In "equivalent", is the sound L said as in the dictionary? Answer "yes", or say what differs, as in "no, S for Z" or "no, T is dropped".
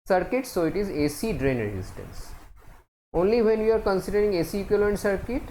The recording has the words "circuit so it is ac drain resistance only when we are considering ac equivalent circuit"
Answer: no, L is dropped